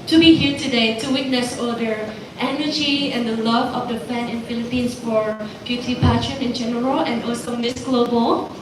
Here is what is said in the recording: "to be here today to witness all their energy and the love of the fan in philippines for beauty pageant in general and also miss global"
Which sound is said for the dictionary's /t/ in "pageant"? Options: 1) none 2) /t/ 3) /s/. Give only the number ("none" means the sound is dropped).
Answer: 1